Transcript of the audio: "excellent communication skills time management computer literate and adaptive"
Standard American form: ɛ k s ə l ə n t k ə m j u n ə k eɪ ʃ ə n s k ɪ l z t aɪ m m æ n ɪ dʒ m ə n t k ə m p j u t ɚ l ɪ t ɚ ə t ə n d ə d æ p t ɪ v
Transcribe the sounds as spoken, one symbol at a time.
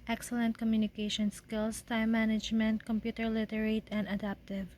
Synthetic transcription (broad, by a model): ɛ k s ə l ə n t k ə m j u n ə k eɪ ʃ ə n s k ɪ l s t aɪ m m æ n ɪ dʒ m ə n t k ə m p j u t ɚ l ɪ t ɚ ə t ə n d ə d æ p t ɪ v